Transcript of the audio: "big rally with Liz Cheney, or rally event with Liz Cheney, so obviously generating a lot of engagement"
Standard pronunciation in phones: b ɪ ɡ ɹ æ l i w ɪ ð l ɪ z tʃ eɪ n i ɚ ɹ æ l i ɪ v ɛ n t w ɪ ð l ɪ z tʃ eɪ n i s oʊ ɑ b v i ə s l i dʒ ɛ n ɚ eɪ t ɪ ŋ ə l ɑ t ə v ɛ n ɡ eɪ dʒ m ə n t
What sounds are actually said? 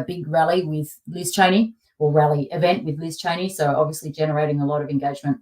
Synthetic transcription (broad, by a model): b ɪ ɡ ɹ æ l i w ɪ ð l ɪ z tʃ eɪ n i ɚ ɹ æ l i ɪ v ɛ n t w ɪ ð l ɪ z tʃ eɪ n i s oʊ ɑ b v i ə s l i dʒ ɛ n ɚ eɪ t ɪ ŋ ə l ɑ t ə v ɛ n ɡ eɪ dʒ m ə n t